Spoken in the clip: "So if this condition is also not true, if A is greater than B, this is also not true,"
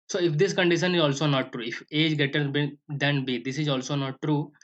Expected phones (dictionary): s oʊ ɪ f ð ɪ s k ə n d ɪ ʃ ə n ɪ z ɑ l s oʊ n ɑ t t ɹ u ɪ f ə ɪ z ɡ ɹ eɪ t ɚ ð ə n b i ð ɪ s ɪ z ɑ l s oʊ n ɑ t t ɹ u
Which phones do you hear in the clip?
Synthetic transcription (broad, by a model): s oʊ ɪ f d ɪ s k ə n d ɪ ʃ ə n ɪ z ɑ l s oʊ n ɑ t t ɹ u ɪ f ə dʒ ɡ eɪ t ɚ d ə n b i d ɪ s ɪ z ɑ l s oʊ n ɑ t t ɹ u